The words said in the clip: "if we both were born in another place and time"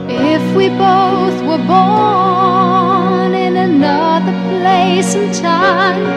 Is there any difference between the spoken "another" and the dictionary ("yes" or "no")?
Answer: no